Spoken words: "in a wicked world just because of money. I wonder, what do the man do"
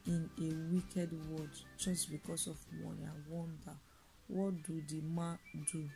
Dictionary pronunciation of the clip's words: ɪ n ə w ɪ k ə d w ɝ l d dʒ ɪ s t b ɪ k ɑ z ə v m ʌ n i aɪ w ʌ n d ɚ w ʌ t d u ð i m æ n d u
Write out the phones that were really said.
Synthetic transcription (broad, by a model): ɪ n ə w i k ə d w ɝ d dʒ ɪ s t b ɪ k ɑ s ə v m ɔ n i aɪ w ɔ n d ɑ w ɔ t d u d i m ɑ d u